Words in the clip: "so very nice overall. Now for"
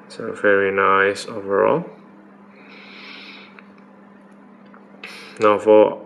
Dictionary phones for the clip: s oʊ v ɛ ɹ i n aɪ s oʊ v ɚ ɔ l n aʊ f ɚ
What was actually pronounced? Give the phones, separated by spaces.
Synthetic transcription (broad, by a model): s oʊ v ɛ ɹ i n aɪ s oʊ v ɚ ɔ l n aʊ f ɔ